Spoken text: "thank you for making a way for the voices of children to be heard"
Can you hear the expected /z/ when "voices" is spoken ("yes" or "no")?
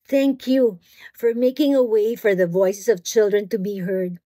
no